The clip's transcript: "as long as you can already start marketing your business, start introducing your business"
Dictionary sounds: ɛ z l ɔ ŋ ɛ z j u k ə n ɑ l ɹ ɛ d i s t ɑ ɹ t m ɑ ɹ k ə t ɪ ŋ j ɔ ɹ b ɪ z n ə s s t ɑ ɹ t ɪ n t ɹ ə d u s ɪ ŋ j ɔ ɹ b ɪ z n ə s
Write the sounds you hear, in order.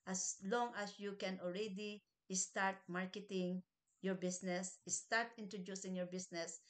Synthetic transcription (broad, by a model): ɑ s l ɔ ŋ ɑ s j u k ə n ɑ l ɹ ɛ d i s t ɑ ɹ t m ɑ ɹ k ə t ɪ ŋ j ɔ ɹ b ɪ s n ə s s t ɑ ɹ t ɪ n t ɹ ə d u s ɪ ŋ j ɔ ɹ b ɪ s n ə s